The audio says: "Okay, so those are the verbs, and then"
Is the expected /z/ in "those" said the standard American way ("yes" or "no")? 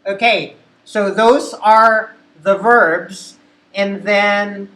yes